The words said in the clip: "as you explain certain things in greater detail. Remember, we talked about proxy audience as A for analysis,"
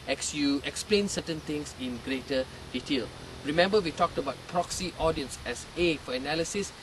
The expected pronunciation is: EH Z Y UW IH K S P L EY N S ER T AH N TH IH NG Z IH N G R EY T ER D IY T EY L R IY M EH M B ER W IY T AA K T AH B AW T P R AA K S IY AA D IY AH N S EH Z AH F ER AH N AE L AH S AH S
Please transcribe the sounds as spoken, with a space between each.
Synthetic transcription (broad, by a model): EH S Y UW IH K S P L EY N S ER T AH N T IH NG S IH N G R EY T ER D IY T EY L R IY M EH M B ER W IY T AA K T AH B AW T P R AA K S IY AA D IY AH N S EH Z AH F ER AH N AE L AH S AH S